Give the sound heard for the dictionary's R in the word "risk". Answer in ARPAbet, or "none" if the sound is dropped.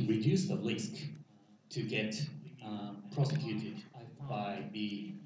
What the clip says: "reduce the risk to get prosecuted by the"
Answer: L